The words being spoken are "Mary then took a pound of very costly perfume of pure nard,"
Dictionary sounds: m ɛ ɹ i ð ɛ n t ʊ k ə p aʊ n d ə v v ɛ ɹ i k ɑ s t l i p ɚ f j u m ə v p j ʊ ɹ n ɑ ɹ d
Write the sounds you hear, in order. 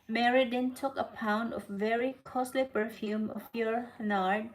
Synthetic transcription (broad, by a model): m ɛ ɹ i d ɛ n t ʊ k ə p aʊ n d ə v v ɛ ɹ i k ɑ s t l i p ɚ f j u m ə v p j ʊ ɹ n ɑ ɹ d